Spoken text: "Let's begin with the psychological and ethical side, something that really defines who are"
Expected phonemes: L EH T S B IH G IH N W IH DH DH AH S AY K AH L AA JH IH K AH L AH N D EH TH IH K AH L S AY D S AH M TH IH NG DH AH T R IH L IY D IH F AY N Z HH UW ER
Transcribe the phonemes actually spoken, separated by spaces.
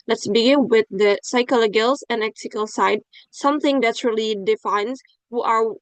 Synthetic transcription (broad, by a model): L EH T S B IH G IH N W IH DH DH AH S AY K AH L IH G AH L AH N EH S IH K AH L S AY D S AH M TH IH NG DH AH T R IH L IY D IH F AY N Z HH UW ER